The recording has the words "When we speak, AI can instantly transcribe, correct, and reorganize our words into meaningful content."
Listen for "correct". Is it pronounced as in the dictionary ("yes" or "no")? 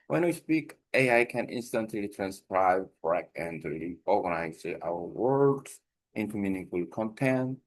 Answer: no